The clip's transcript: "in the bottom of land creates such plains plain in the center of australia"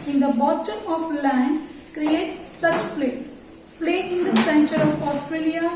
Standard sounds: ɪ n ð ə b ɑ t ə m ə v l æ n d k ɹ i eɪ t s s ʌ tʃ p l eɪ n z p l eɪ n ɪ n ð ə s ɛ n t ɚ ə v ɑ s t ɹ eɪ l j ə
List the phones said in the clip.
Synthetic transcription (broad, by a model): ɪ n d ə b ɑ t ə m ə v l æ n d k ɹ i eɪ t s s ʌ tʃ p l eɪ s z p l eɪ ɪ n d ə s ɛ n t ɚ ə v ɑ s t ɹ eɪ l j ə